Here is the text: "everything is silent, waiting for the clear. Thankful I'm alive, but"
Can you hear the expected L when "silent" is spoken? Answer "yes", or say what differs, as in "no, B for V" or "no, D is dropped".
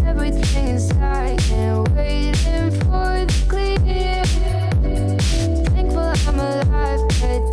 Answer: no, L is dropped